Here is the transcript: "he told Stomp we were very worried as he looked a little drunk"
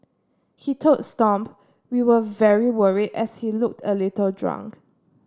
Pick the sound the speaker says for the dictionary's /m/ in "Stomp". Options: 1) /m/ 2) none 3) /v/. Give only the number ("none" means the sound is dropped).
1